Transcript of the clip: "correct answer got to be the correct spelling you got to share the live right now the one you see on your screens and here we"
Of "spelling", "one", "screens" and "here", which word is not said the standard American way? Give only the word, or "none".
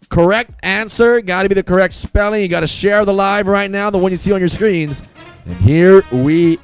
none